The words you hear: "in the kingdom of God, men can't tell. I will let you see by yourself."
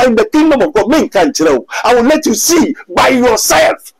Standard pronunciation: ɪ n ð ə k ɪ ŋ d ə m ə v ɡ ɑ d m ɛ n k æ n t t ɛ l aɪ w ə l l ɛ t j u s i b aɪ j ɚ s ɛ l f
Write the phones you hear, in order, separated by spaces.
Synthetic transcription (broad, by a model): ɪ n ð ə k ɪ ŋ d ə m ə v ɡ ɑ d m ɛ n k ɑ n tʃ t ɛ w aɪ w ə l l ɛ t j u s i b aɪ j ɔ s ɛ l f